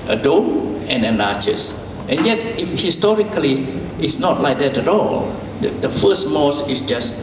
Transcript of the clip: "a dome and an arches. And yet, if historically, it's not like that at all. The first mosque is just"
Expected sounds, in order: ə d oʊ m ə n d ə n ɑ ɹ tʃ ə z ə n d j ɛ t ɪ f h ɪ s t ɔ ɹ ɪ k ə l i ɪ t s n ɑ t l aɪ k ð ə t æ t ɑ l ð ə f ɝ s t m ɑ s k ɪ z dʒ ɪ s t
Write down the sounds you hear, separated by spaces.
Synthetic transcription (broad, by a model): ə d oʊ m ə n ə n ɑ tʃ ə s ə n j ɛ t ɪ f h ɪ s t ɔ ɹ ɪ k ə l i ɪ t s n ɑ t l aɪ k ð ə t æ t ɑ l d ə f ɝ s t m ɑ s ɪ s dʒ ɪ s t